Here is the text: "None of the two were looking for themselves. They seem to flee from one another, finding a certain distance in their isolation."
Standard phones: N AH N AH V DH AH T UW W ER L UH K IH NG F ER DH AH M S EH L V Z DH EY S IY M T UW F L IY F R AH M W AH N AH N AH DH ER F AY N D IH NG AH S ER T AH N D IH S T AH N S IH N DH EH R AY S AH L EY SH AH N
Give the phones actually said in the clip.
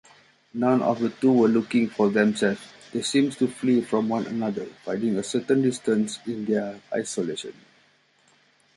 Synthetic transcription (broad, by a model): N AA N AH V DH AH T UW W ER L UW K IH NG F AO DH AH M S EH L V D EY S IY M T UW F L IY F R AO M W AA N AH N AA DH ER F AY D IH NG AH S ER T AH N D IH S T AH N S IH N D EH AY S AH L EY SH AH N